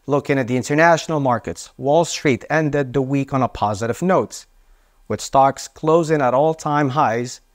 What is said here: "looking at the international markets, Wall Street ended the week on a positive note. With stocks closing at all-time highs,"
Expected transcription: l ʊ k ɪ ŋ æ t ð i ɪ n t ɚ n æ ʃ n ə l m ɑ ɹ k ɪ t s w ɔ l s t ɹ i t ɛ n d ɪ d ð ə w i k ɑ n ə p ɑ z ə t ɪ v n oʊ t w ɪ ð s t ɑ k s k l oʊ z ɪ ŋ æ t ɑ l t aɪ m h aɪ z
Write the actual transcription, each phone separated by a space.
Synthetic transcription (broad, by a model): l ʊ k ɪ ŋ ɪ t ð i ɪ n t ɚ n æ ʃ n l m ɑ ɹ k ɪ t s w ɔ l s t ɹ i t ɛ n d ɪ d ð ə w i k n ə p ɑ z ə t ɪ v n oʊ t w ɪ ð s t ɑ k s k l oʊ z ɪ ŋ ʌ t ɑ l t aɪ m h aɪ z